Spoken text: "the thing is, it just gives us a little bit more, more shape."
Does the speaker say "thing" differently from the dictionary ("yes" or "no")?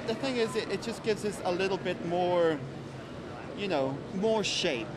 no